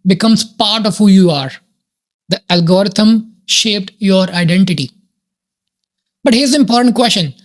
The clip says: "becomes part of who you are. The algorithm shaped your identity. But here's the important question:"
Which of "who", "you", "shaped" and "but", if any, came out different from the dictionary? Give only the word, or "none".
none